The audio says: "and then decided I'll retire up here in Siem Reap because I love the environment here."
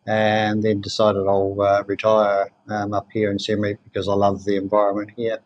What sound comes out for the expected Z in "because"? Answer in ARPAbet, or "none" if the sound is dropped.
Z